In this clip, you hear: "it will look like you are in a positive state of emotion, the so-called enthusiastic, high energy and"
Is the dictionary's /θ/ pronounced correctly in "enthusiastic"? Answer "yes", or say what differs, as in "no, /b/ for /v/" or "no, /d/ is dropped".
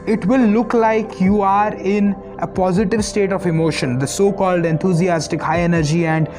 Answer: no, /t/ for /θ/